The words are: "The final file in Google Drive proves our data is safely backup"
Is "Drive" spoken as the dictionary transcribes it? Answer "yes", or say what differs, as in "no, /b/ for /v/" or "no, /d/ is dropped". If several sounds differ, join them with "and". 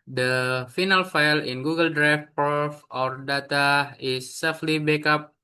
no, /f/ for /v/